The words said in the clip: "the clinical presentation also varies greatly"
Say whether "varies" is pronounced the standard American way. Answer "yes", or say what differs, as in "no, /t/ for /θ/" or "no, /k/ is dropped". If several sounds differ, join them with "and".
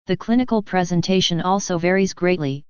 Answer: yes